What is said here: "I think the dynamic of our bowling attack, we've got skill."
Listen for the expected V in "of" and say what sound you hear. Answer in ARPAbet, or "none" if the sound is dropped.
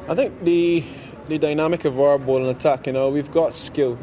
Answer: V